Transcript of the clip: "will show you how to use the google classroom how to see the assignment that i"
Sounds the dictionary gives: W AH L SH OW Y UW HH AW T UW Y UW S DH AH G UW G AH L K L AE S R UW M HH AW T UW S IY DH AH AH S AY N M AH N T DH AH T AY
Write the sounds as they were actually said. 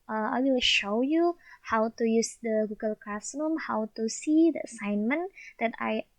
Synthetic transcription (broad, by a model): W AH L SH OW Y UW HH AW T UW Y UW S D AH G UW G AH L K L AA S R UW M HH AW T UW S IY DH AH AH S AY N M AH N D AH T AY